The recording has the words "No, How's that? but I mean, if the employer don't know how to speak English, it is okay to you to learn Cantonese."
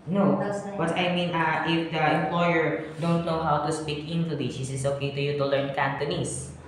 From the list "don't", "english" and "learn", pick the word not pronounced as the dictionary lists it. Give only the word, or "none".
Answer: english